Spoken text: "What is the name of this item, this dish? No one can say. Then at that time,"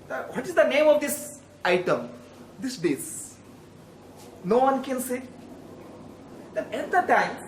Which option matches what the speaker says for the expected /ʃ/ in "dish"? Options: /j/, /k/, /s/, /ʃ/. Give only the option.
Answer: /s/